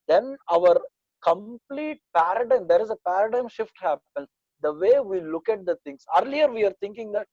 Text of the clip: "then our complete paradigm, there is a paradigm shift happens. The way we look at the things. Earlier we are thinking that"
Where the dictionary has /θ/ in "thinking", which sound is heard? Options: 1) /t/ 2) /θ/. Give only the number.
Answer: 1